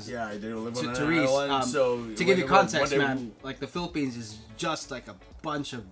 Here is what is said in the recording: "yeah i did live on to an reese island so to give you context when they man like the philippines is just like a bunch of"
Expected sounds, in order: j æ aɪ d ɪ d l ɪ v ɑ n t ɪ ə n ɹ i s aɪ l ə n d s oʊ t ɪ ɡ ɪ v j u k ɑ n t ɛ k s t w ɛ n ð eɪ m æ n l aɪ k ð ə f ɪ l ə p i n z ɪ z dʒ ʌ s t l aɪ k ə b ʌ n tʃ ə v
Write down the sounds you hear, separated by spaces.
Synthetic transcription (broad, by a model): j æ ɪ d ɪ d l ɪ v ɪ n t ɪ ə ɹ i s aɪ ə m s oʊ t ɪ ɡ ɪ v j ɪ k ɑ n t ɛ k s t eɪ m æ n l aɪ k ð ə f ɪ l ə p i n z ɪ z dʒ ʌ s t l aɪ k ə b ʌ n tʃ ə v